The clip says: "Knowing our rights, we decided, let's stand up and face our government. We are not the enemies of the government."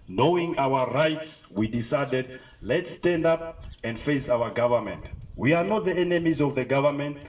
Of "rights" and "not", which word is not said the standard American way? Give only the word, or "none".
none